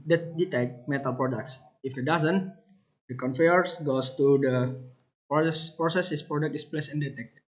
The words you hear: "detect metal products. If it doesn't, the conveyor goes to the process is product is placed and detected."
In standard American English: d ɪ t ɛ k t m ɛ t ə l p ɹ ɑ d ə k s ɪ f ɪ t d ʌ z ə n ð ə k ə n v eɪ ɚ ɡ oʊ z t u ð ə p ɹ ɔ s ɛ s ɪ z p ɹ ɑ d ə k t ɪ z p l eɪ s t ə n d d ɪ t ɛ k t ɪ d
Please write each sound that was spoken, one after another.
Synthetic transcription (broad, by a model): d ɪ t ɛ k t m ɛ t ə l p ɹ ɑ d ə k s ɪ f ɪ t d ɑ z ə n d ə k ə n f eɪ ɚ ɡ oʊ s t u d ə p ɹ ɔ s ɛ s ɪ s p ɹ ɑ d ə k t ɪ s p l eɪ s ə n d d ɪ t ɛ k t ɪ